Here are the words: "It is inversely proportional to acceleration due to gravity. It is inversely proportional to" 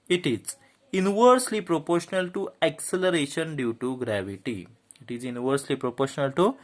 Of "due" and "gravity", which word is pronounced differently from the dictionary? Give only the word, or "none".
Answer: none